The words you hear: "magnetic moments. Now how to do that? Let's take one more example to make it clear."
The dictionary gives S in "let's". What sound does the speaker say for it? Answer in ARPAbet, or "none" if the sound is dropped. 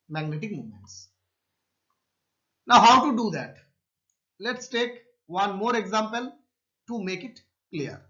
S